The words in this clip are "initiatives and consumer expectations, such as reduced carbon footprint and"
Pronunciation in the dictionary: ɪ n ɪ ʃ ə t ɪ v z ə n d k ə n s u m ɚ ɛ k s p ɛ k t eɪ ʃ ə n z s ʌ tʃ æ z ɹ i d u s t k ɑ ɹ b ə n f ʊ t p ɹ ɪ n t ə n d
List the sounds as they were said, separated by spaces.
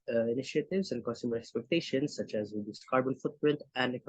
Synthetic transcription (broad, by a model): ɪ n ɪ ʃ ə t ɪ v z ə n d k ə n s u m ɚ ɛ k s p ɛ k t eɪ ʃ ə n s ʌ tʃ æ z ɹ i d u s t k ɑ ɹ b ə n f ʊ t p ɹ ɪ n t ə n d